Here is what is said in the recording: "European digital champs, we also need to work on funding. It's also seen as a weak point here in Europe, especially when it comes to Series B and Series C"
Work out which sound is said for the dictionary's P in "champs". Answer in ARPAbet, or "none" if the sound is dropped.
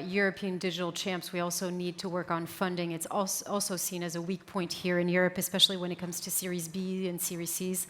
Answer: P